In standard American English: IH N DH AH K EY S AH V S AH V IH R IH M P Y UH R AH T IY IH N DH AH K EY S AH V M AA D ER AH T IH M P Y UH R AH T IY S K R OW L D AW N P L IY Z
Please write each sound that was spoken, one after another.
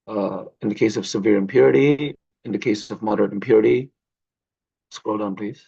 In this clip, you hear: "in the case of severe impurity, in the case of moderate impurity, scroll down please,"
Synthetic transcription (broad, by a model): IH N DH AH K EY S AH V S AH V IH R IH M P Y UH R AH T IY IH N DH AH K EY S AH V M AA D ER AH T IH M P Y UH R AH T IY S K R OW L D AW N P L IY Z